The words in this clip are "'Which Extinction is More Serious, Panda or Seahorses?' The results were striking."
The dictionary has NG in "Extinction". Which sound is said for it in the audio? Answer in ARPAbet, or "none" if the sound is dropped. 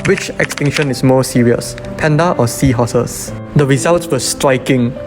NG